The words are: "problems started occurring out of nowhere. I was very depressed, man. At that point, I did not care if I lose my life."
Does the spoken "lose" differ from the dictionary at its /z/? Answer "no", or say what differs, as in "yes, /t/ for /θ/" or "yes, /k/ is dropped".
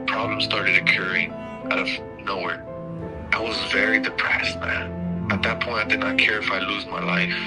no